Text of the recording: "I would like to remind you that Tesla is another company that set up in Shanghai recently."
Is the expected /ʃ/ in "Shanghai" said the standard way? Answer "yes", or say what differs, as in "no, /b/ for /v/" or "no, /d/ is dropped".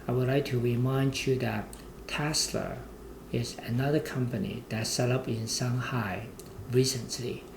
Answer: no, /s/ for /ʃ/